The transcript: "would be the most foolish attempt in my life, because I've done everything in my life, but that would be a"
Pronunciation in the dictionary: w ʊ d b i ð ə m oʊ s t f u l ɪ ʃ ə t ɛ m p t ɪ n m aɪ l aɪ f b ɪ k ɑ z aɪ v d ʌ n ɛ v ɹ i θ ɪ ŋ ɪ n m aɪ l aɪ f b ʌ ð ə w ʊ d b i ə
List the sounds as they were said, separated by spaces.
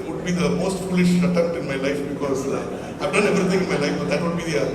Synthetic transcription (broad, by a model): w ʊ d b i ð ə m oʊ s t f u l ɪ ʃ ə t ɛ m t ɪ n m aɪ l aɪ f b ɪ k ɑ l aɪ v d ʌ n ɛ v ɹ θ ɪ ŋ ɪ n m aɪ l aɪ f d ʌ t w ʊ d b i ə